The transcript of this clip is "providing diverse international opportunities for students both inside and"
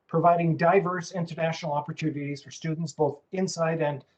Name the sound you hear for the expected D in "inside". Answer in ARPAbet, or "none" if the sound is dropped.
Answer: D